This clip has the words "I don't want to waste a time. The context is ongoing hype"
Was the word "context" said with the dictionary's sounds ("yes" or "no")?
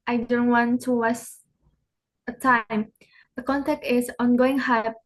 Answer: no